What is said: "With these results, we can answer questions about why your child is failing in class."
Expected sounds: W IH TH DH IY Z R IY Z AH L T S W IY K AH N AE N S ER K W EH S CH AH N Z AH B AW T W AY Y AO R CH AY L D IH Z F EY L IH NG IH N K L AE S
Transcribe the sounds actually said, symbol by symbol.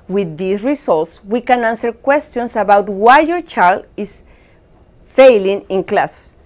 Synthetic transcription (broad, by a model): W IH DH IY S R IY S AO L T S W IY K AH N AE N S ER K W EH S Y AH N S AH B AW T W AY Y AO R CH AY L D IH S F EY L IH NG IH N K L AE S